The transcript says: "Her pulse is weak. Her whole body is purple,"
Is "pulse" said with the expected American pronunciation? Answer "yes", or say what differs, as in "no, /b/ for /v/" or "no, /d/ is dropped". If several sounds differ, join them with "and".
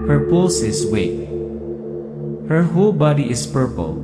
no, /l/ is dropped